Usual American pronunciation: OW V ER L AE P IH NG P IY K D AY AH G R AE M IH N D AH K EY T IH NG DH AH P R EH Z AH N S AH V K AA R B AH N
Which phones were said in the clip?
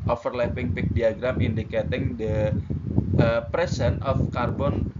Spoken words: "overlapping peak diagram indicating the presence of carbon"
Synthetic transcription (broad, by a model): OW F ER L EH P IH NG P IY K D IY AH G R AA M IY N D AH K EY T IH NG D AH P R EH S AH N AH F K AA R B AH N